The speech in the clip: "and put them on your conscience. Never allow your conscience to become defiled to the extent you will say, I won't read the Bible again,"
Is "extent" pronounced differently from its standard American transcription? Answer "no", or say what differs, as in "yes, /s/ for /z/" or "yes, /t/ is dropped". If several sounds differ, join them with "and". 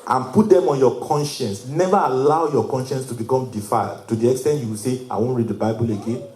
no